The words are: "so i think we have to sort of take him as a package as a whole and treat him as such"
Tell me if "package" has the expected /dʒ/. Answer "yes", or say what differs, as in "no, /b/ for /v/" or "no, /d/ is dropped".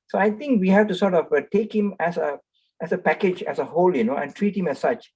yes